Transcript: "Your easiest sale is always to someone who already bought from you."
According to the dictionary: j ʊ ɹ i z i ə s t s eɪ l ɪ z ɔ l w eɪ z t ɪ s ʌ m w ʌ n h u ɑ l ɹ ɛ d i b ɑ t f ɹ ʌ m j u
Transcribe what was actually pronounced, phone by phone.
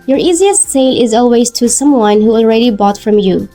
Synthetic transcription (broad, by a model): j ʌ ɹ i z i ə s t s eɪ l ɪ z ɔ l w eɪ z t ɪ s ʌ m w ʌ n h u ɑ l ɹ ɛ d i b ɑ t f ɹ ʌ m j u